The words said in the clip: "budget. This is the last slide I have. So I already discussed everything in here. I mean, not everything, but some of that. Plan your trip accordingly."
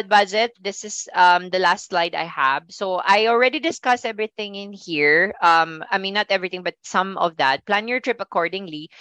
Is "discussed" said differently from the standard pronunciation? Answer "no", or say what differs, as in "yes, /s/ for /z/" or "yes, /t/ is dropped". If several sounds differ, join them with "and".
yes, /t/ is dropped